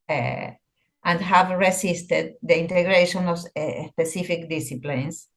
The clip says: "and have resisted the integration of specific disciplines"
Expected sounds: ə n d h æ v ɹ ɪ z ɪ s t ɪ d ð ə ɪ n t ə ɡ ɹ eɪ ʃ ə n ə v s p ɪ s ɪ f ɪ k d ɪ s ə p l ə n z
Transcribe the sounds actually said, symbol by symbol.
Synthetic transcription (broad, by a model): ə n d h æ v ɹ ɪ s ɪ s t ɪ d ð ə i n t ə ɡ ɹ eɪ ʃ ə n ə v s p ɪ s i f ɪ k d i s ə p l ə n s